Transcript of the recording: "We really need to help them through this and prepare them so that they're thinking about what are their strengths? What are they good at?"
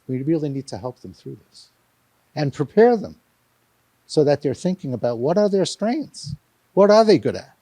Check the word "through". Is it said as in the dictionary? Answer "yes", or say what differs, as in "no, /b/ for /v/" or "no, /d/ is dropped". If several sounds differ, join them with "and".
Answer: yes